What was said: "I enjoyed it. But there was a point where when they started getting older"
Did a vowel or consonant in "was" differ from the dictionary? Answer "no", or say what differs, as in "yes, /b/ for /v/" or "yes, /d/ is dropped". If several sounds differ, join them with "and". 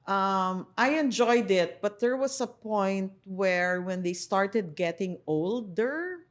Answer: yes, /s/ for /z/